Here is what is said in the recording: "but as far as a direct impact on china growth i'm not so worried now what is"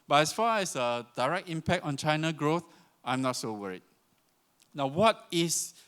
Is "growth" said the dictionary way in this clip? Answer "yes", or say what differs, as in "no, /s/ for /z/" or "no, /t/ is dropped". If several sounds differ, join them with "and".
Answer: yes